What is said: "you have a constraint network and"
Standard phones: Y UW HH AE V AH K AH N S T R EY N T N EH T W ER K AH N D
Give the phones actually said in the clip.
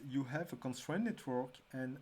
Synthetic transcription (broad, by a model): Y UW HH AE V AH K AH N S T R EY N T N EH T W ER K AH N